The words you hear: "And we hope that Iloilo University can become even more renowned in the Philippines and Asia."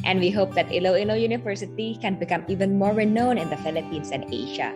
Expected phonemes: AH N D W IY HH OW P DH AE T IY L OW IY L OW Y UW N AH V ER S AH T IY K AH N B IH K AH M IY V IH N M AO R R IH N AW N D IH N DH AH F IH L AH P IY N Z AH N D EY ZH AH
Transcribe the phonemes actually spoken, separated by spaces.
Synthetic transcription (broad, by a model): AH N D W IY HH OW P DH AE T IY L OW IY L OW Y UW N AH V ER S AH T IY K AH N B IH K AH M IY V IH N M AO R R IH N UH N IH N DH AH F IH L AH P IY N S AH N EY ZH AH